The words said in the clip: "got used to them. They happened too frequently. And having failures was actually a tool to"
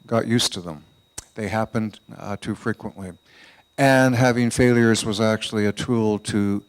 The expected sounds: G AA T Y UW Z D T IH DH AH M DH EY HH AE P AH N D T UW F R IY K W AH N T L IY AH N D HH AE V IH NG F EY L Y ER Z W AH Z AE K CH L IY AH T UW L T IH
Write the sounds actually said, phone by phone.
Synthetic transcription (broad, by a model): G AA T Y UW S T IH DH AH M DH EY HH AE P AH N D T UW F R IY K W AH N T L IY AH N HH AE V IH NG F EY L Y ER Z W AH Z AE K CH L IY AH T UW L T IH